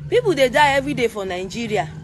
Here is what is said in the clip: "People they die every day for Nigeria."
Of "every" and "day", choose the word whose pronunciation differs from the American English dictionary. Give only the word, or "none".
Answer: every